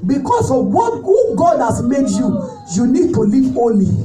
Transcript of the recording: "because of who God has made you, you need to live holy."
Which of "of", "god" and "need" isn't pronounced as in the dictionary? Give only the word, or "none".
of